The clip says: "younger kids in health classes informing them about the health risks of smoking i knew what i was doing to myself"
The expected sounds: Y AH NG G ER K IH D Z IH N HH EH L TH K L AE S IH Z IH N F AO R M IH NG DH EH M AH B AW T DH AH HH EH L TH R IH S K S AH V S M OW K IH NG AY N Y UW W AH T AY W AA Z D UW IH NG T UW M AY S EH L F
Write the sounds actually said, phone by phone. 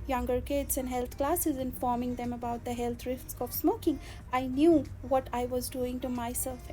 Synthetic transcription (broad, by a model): Y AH NG G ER K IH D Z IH N HH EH L T K L AE S IH Z IH N F AO R M IH NG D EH M AH B AW T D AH HH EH L T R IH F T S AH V S M OW K IH NG AY N Y UW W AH T AY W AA Z D UW IH NG T UW M AY S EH L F